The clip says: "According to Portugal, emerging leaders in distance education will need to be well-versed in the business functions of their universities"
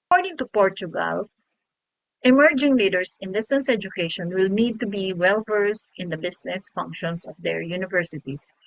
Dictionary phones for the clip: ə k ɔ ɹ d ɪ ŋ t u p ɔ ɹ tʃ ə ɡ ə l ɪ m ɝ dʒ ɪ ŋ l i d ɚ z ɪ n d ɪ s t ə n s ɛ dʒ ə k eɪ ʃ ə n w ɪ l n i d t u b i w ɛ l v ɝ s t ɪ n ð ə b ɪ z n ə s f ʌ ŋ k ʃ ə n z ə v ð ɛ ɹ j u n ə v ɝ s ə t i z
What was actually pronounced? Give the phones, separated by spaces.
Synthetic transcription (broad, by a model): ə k ɔ ɹ d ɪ ŋ t u p ɔ ɹ tʃ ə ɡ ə l ɪ m ɝ dʒ ɪ ŋ l i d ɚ s ɪ n d ɪ s t ə n s ɛ dʒ ə k eɪ ʃ ə n w ɪ l n i d t u b i w ɛ l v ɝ s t ɪ n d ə b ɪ s n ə s f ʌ ŋ k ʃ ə n s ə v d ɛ ɹ j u n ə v ɝ s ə t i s